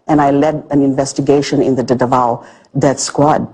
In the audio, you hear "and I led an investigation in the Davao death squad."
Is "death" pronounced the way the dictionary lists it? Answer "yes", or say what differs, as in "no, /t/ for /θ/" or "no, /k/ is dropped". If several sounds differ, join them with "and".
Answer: no, /t/ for /θ/